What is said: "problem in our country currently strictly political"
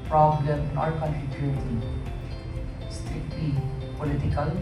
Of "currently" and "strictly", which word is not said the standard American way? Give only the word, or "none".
currently